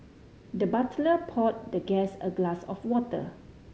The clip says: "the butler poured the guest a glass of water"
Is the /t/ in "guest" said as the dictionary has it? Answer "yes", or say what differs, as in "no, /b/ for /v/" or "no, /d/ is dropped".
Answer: no, /t/ is dropped